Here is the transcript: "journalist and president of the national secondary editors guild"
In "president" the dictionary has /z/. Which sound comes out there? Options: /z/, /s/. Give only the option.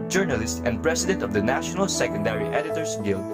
/s/